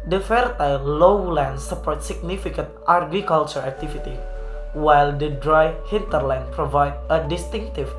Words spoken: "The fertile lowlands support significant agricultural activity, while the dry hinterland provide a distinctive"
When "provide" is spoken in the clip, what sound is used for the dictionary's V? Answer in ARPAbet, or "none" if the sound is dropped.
V